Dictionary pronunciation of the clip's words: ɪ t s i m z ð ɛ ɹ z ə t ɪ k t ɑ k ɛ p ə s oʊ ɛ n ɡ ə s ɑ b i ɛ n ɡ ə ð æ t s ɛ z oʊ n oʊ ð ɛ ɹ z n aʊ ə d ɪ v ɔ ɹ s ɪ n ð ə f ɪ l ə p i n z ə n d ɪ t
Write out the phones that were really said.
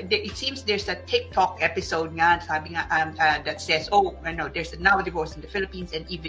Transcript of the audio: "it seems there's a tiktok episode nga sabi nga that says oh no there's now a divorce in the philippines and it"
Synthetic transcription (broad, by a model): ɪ t s i m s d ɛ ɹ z ə t ɪ k t ɑ k ɛ p ə s oʊ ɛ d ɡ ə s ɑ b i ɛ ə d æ t s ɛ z oʊ n oʊ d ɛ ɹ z n aʊ ə d ɪ v ɔ ɹ s ɪ n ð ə f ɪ l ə p i n s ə n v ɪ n